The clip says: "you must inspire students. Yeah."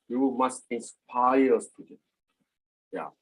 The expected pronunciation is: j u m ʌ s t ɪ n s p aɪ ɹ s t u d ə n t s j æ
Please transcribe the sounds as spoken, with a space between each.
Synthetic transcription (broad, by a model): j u m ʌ s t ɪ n s p aɪ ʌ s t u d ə t j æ